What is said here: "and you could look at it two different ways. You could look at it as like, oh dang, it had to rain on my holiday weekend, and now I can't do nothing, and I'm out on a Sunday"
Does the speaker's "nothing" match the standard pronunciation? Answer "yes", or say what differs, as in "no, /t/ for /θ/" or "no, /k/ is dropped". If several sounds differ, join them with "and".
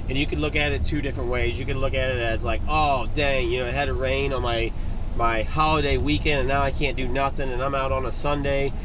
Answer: yes